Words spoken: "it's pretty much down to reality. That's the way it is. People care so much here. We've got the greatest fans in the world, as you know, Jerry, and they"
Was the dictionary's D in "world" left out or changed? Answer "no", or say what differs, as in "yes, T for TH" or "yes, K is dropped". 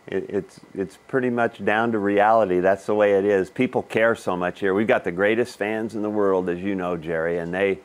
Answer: no